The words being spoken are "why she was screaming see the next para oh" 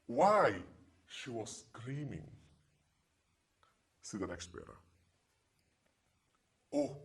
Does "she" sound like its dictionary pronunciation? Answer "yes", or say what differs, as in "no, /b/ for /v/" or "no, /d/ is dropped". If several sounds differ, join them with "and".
yes